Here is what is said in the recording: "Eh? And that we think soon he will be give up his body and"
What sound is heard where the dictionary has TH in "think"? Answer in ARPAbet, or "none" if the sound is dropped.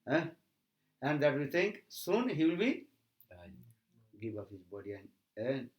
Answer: T